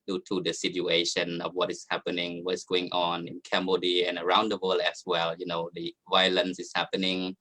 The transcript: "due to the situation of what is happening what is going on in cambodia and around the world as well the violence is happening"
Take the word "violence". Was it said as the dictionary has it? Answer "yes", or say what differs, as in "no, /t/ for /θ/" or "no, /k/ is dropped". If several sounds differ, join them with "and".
yes